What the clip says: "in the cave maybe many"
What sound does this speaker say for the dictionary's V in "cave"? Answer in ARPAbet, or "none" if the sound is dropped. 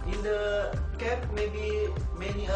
P